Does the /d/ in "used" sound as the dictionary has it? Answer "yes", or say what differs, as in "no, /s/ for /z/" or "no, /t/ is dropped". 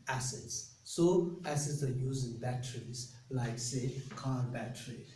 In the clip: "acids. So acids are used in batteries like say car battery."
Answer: no, /d/ is dropped